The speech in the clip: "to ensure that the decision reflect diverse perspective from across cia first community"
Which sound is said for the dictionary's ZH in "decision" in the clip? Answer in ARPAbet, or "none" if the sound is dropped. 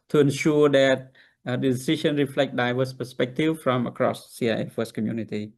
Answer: SH